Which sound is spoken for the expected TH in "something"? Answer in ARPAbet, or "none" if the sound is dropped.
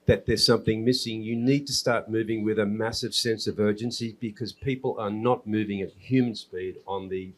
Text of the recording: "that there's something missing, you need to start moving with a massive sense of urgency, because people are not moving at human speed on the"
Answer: TH